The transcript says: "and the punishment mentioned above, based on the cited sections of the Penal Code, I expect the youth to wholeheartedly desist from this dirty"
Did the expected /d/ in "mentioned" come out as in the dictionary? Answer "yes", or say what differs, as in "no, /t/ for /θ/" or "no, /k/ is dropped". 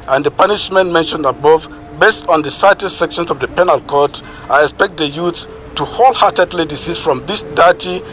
yes